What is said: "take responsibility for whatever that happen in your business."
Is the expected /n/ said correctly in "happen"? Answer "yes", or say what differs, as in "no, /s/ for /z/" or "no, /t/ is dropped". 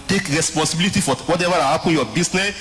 no, /n/ is dropped